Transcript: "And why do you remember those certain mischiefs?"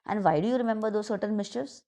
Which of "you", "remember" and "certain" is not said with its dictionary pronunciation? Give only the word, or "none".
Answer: certain